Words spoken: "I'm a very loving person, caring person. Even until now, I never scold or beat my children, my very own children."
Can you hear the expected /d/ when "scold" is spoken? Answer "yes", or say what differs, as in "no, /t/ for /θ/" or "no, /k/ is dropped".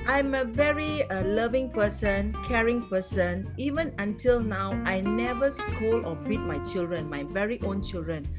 no, /d/ is dropped